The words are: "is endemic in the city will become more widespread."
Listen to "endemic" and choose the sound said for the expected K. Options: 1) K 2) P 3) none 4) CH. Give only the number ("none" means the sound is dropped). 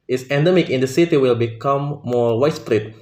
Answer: 1